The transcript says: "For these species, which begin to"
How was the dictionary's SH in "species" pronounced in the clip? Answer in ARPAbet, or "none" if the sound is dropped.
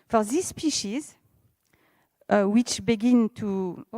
SH